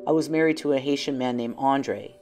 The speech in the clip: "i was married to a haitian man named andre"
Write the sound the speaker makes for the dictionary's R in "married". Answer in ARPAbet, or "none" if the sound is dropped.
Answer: R